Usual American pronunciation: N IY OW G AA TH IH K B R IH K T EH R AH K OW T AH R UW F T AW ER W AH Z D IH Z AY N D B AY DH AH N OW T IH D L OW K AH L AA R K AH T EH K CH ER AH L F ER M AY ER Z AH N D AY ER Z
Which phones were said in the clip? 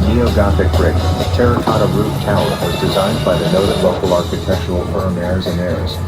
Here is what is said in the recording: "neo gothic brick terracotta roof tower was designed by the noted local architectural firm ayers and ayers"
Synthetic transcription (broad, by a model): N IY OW G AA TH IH K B R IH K T EH R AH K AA T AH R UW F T AW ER W AH Z D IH Z AY N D B AY DH AH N OW T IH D L OW K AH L AA R K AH T EH K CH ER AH L F ER M ER Z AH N ER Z